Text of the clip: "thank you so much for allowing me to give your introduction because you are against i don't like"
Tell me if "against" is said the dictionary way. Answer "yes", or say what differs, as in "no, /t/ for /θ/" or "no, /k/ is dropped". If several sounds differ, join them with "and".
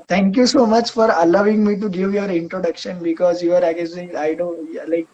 no, /n/ is dropped